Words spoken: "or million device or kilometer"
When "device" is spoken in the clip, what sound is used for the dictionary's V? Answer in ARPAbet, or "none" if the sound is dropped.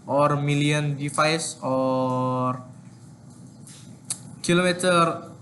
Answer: F